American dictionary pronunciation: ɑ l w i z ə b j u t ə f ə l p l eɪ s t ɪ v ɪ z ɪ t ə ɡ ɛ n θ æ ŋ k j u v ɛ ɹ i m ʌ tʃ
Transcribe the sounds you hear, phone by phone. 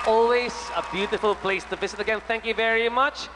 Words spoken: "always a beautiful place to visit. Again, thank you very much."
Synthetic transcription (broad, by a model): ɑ l w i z ə b j u t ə f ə l p l eɪ s t ɪ v ɪ z ɪ t ə ɡ ɛ n θ æ ŋ k j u v ɛ ɹ i m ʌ tʃ